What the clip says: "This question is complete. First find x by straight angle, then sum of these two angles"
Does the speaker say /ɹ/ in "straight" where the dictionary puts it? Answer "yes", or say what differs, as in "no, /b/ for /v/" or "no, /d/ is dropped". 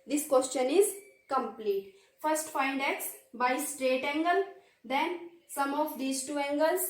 yes